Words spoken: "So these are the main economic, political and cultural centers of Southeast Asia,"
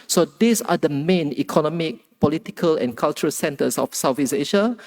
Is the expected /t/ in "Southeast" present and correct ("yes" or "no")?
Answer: no